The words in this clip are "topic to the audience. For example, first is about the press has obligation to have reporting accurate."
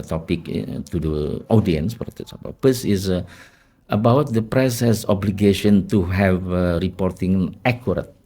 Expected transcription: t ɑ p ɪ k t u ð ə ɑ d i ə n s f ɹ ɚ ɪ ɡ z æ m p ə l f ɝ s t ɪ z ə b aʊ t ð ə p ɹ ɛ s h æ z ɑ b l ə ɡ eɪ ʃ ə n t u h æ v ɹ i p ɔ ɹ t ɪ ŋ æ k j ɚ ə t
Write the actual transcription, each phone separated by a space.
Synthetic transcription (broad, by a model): t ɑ p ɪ k t u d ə ɑ d i ə n s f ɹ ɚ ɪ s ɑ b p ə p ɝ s ɪ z ə b aʊ t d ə p ɹ ɛ s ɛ s ɑ b l ə ɡ eɪ ʃ ə n t u h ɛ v ɹ i p ɔ ɹ t ɪ ŋ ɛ k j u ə t